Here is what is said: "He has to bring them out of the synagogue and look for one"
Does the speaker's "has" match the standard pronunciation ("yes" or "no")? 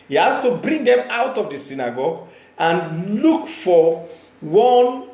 no